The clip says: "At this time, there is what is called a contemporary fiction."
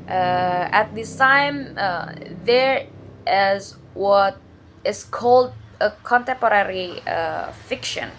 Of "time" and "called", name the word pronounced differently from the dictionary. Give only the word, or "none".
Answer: none